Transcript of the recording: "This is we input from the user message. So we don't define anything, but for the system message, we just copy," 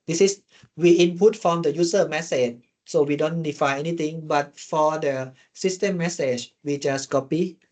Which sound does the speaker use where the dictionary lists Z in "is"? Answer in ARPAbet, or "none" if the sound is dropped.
S